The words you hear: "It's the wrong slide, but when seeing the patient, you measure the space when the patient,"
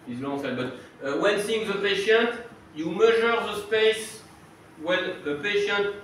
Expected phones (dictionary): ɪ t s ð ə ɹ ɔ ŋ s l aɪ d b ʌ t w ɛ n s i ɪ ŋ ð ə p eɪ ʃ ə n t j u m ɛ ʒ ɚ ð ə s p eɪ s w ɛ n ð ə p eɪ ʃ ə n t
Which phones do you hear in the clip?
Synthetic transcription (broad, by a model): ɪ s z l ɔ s ɛ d b ʌ t w ɛ n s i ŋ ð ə p eɪ ʃ ə n t j u m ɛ ʒ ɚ ð ə s p eɪ s w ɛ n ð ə p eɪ ʃ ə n t